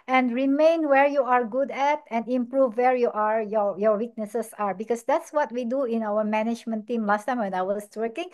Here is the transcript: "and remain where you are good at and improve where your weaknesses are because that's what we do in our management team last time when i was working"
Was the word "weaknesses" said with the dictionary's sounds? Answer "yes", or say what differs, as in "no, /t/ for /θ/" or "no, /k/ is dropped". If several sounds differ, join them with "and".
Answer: no, /s/ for /z/